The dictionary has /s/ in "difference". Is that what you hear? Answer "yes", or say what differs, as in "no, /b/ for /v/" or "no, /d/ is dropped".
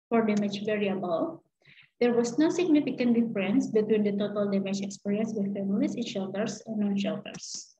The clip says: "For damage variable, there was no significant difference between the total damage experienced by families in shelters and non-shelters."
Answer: yes